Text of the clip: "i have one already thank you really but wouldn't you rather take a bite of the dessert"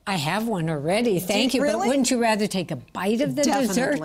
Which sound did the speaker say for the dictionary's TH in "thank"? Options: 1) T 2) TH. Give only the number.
2